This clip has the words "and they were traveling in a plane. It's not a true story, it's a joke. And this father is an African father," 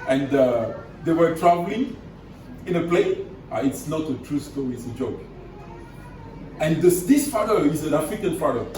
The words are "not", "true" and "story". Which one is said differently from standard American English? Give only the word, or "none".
story